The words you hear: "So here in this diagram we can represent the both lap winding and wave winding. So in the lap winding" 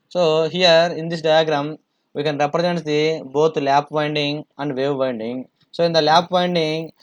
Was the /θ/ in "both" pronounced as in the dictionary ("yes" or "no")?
no